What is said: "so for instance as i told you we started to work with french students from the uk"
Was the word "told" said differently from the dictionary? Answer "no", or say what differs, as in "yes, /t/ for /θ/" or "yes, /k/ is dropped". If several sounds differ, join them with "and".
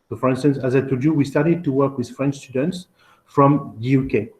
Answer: yes, /l/ is dropped